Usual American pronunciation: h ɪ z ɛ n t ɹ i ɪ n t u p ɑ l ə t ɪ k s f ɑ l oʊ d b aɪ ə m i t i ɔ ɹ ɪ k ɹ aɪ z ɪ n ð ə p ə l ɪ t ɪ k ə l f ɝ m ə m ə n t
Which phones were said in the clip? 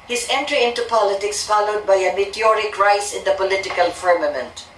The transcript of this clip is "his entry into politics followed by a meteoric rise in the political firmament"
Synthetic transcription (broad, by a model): h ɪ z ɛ n t ɹ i ɪ n t u p ɑ l ə t ɪ k s f ɑ l oʊ d b aɪ ə m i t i ɔ ɹ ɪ k ɹ aɪ s ɪ n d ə p ə l ɪ t ɪ k ə l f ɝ m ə m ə n t